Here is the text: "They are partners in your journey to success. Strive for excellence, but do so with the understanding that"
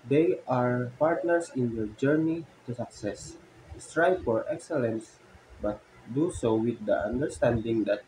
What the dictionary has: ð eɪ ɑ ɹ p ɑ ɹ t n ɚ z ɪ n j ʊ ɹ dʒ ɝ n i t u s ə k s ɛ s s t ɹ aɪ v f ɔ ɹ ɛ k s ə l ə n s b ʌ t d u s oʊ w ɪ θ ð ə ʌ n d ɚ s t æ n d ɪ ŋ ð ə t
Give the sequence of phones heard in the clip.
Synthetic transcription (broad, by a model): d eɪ ɑ ɹ p ɑ ɹ t n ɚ s ɪ n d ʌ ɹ dʒ ɝ n i t u s ə k s ɛ s s t ɹ aɪ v f ɔ ɹ ɛ k s ə l ə n s b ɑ t d u s oʊ w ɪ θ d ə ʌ n d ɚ s t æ n d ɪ ŋ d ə t